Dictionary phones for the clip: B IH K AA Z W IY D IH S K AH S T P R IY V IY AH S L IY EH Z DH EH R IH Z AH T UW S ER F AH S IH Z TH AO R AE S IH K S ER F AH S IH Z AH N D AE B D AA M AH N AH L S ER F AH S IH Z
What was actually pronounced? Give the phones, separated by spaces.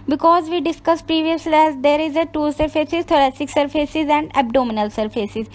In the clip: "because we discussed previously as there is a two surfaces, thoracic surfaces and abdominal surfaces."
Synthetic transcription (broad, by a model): B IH K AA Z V IY D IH S K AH S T P R IY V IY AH S L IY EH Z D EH R IH Z AH T UW S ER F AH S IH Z T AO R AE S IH K S ER F AH S IH Z AH N D AE B D AA M AH N AH L S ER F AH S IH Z